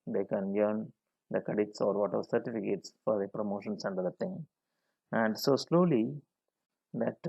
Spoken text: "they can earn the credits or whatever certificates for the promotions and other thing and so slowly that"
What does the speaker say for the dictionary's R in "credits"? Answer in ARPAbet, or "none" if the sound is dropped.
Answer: none